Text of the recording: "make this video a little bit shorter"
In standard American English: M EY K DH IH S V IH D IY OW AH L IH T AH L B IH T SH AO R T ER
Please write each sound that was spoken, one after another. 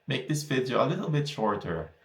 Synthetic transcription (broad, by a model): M EY K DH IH S F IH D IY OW AH L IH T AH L B IH T SH AO R T ER